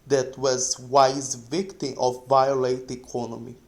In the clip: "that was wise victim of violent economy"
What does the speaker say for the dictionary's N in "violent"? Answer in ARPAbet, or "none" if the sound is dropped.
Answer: none